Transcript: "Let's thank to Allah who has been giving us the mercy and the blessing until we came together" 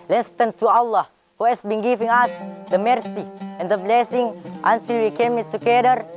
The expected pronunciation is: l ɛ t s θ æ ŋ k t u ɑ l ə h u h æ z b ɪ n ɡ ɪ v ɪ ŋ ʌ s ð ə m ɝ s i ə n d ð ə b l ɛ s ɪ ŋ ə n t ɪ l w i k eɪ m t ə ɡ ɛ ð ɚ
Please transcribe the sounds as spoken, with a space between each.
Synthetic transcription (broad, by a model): l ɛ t s t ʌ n t u ɑ l ə h u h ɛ s b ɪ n ɡ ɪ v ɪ ŋ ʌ s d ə m ɝ s i ə n d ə b l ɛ s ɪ ŋ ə n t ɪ l w i k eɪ m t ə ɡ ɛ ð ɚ